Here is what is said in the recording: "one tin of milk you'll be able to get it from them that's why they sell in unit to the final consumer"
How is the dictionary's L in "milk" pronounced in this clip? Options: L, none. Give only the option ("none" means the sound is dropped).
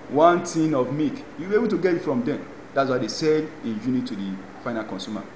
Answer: none